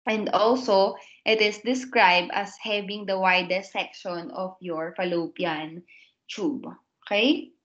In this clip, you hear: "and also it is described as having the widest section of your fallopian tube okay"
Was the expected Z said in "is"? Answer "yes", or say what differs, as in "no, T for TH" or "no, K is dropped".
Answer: no, S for Z